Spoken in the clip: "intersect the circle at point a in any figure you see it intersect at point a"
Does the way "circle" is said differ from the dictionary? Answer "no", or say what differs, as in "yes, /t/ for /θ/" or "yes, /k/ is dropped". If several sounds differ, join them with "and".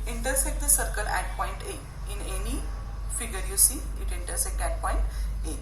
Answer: no